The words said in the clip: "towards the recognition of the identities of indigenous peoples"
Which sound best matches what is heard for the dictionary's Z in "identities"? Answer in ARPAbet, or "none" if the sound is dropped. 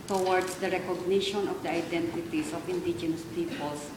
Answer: S